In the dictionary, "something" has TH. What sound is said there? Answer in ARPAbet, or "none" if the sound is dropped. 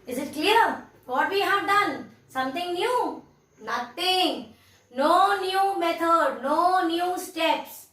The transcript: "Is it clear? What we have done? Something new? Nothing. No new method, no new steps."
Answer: T